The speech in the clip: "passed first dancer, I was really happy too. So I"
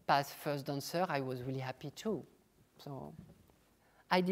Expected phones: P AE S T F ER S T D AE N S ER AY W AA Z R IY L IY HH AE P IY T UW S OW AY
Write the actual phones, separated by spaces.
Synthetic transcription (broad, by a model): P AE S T F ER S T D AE N S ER AY W AA Z R IY L IY HH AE P IY T UW S OW AY